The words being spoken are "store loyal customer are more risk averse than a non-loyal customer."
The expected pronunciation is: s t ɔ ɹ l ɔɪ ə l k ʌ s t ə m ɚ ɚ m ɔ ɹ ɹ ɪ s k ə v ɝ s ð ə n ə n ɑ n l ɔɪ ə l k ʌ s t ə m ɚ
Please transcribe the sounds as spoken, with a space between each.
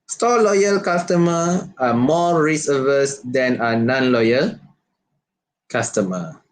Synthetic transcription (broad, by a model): s t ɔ l ɔɪ ə l k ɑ s t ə m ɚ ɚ m ɔ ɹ ɹ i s ə v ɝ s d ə n ə n ɑ n l ɔɪ ə l k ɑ s t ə m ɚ